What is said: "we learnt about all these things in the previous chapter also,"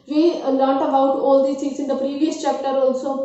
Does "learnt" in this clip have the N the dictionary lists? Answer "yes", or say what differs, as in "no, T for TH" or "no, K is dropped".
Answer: no, N is dropped